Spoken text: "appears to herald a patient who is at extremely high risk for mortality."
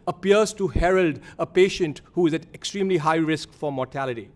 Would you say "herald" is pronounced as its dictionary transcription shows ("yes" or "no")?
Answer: yes